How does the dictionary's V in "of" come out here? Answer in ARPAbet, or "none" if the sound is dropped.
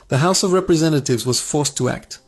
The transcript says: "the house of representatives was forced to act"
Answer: V